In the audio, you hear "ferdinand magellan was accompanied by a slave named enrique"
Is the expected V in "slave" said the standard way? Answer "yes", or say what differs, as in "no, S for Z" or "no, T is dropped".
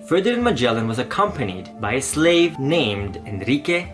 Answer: yes